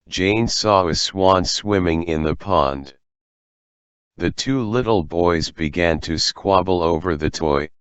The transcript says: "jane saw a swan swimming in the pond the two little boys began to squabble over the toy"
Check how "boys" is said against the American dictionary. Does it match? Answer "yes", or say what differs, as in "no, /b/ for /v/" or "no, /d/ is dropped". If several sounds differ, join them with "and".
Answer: yes